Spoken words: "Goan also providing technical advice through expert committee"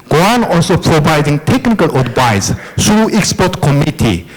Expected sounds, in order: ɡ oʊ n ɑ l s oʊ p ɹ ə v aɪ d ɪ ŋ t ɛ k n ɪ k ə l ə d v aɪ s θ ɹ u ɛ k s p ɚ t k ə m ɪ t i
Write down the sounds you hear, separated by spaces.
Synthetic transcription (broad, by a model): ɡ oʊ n ɑ l s oʊ p ɹ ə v aɪ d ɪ ŋ t ɛ k n ɪ k ə l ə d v aɪ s t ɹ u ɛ k s p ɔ t k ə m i t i